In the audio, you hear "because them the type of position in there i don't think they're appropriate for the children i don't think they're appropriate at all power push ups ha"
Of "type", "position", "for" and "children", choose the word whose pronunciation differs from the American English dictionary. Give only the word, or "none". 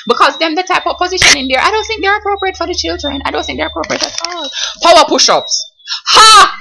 none